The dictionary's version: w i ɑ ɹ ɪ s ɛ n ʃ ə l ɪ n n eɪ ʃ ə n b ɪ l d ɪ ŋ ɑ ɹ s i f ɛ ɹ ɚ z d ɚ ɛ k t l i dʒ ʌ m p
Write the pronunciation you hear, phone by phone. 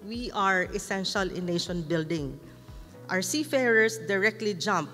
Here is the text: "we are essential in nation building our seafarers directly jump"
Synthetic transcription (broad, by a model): w i ɑ ɹ ɪ s ɛ n ʃ ə l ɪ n n eɪ ʃ ə n b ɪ l d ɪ ŋ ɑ w s i f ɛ ɹ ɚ s d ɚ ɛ k t l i dʒ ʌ m p